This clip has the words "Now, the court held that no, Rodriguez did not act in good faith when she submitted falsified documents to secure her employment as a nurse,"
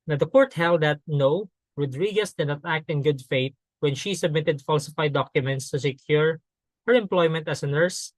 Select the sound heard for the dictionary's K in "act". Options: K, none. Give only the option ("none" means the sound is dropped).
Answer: K